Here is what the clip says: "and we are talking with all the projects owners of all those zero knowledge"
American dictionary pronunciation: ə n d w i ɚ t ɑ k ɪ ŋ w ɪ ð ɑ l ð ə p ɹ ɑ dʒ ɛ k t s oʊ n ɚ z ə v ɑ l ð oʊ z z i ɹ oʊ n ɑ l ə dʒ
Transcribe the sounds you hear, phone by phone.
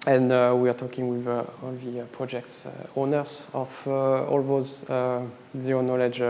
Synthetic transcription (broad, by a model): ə n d w i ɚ t ɑ k ɪ ŋ w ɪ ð ɑ l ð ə p ɹ ɑ dʒ ɛ k t s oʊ n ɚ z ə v ɑ l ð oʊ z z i oʊ n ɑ l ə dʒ